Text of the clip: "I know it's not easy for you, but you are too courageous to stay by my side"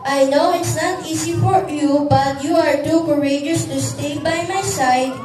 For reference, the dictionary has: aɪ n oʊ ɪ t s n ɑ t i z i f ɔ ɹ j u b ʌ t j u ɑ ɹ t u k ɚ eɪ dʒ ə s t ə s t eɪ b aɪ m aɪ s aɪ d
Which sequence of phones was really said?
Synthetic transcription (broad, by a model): aɪ n oʊ ɪ t s n ɑ t i s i f ɔ ɹ j u b ʌ t j u ɑ ɹ t u k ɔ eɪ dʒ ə s t ə s t eɪ b aɪ m aɪ s aɪ d